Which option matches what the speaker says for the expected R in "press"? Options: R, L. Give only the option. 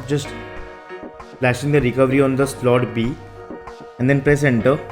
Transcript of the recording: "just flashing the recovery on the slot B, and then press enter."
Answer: R